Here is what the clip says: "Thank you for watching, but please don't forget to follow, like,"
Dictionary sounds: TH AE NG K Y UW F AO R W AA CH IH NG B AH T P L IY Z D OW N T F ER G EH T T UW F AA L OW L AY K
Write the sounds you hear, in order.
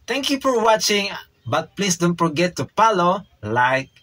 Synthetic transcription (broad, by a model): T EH NG K Y UW F AO R W AA CH IH NG B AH T P L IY S D OW N T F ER G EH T T UW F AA L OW L AY K